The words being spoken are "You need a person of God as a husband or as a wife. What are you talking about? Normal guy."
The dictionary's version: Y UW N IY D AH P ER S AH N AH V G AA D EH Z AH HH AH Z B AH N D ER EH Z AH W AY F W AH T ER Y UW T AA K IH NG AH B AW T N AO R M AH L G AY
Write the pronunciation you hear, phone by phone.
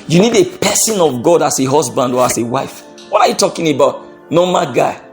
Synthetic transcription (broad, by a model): Y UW N IY D AH P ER S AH N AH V G AA D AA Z AH HH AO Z B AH N D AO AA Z AH W AY F W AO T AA Y UW T AA K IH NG AH B AW T N AO M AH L G AY